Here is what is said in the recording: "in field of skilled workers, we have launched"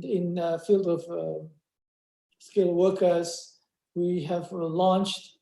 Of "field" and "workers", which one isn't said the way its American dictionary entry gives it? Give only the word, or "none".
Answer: none